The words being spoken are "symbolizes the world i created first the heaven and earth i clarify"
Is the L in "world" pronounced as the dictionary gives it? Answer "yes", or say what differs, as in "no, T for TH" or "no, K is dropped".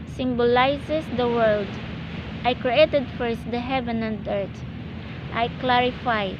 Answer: yes